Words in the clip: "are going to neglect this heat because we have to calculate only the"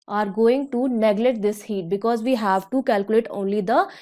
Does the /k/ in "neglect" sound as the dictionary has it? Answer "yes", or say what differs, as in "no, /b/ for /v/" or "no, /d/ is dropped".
no, /k/ is dropped